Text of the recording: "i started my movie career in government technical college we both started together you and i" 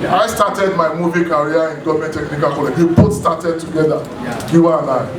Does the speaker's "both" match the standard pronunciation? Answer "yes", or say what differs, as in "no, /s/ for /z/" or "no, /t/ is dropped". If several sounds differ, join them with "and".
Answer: no, /t/ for /θ/